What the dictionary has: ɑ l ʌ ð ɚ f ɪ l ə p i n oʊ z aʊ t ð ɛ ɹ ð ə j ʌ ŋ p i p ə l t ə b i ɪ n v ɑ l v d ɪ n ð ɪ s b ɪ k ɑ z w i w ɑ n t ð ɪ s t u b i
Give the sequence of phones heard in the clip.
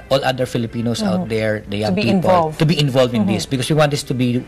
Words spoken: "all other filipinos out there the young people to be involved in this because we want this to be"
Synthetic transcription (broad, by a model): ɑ l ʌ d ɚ f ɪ l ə p i n oʊ s aʊ t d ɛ ɹ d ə j ʌ ŋ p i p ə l t ə b i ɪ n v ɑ l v ɪ n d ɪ s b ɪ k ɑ s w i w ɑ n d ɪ s t u b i